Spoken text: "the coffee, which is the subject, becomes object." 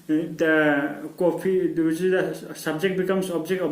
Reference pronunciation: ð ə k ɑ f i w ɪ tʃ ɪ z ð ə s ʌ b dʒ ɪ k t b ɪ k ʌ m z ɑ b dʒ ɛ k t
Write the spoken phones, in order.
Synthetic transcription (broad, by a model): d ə k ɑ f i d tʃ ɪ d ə s ʌ b dʒ ɪ k t b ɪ k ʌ m s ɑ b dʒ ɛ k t